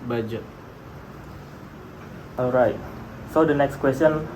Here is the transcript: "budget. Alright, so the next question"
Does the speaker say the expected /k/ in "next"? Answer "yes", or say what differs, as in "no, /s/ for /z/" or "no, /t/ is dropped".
yes